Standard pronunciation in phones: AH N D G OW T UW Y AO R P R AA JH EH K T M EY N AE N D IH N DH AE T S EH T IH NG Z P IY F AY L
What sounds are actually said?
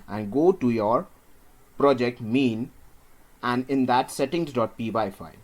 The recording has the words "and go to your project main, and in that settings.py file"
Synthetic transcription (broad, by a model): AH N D G OW T UW Y AO R P R AA JH EH K T M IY N AE N D IH N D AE T S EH T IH NG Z P IY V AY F